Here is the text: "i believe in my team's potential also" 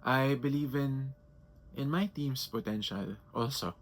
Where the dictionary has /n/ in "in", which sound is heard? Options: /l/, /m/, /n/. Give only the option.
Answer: /n/